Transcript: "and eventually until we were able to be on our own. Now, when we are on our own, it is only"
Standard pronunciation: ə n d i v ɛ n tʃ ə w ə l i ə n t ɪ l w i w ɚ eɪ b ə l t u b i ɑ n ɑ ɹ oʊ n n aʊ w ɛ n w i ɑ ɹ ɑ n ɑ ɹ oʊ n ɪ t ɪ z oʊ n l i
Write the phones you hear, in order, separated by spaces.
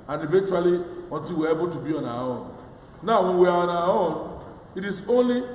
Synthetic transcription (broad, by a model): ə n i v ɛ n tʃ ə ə l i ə n t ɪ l w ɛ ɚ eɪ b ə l t u b i ɑ n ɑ oʊ n n aʊ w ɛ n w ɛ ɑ w ɑ n ɑ oʊ n ɪ t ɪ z oʊ n l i